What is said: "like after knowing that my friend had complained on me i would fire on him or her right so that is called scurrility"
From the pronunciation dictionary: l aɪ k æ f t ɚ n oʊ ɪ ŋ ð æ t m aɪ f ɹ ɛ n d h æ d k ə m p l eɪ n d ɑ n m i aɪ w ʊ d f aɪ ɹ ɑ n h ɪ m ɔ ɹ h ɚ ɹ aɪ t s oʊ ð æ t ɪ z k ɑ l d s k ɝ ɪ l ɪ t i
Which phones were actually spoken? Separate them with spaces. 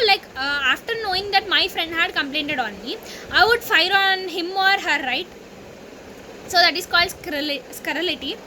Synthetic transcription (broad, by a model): l aɪ k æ f t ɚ n oʊ ɪ ŋ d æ t m aɪ f ɹ ɛ n d h æ d k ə m p l eɪ n d ɑ n m i aɪ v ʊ d f aɪ ɹ ɑ n h ɪ m ɔ ɹ h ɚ ɹ aɪ t s oʊ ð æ t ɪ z k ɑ l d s k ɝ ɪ l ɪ t i